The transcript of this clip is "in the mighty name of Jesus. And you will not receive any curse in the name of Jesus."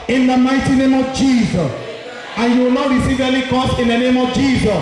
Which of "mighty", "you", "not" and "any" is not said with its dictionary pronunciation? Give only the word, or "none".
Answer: any